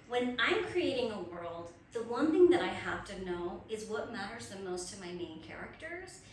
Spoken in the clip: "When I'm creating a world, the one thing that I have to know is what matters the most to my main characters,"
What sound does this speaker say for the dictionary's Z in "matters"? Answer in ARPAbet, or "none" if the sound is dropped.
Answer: Z